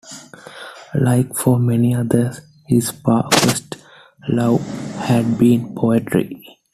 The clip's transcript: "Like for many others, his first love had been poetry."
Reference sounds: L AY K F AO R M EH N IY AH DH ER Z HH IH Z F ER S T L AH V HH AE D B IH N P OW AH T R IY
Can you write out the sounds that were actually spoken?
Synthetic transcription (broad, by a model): L AY K F AO R M EH N IY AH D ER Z HH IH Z P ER S T L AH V HH AE D B IH N P OW AH T R IY